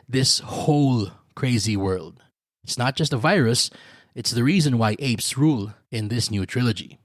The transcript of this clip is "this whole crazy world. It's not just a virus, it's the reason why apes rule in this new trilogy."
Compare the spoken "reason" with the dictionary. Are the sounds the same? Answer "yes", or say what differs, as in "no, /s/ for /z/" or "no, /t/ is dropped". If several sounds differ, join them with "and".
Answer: yes